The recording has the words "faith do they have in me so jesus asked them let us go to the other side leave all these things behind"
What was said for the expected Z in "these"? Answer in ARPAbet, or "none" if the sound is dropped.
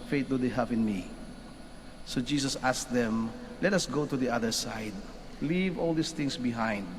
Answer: S